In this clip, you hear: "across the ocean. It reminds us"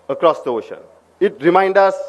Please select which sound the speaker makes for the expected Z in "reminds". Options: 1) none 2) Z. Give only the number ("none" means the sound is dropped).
1